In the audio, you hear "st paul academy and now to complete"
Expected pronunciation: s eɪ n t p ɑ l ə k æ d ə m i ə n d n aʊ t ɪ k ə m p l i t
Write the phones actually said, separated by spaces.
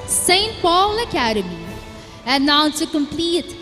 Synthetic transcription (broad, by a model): s eɪ n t p ɑ l ə k æ d ə m i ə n n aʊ s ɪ k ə m p l i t